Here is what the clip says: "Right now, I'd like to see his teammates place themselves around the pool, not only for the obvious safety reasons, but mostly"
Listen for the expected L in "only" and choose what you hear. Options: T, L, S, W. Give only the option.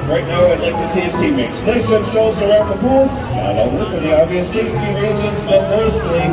W